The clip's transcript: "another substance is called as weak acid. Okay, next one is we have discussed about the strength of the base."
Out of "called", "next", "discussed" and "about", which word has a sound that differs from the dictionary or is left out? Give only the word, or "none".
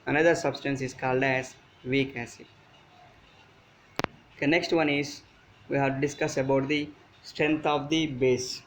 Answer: discussed